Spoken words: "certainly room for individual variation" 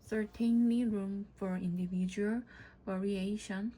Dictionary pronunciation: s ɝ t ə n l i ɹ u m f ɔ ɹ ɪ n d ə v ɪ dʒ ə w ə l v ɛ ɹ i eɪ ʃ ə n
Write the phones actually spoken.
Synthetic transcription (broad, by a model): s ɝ t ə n l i ɹ u m f ɔ ɹ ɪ n d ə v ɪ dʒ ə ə l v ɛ ɹ i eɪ ʃ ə n